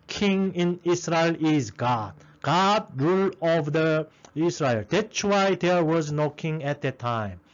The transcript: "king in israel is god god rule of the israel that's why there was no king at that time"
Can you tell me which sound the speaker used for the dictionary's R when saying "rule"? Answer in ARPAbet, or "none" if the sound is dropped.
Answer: R